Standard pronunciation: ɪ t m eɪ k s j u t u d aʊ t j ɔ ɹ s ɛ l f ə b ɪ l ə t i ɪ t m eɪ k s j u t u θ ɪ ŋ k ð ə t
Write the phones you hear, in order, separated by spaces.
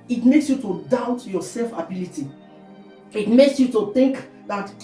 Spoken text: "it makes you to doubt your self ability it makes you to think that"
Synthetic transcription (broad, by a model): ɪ t m eɪ k s j u t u d aʊ t j ɔ s ɛ l f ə b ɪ l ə t i ɪ t m eɪ k s j u t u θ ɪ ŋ k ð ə t